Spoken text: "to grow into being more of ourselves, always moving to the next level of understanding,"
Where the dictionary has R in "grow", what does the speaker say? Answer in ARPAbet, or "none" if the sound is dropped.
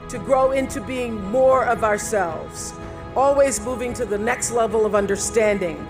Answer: R